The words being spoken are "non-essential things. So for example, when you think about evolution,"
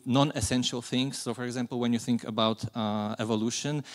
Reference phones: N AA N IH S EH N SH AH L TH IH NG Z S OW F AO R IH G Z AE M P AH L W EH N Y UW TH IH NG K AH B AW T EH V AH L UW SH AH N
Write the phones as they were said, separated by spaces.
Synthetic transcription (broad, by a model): N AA N IH S EH N SH AH L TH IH NG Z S OW F AO R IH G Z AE M P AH L W EH N Y UW TH IH NG K AH B AW T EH V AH L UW SH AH N